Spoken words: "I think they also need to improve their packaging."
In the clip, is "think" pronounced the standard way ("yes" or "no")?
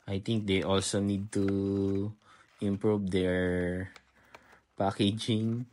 no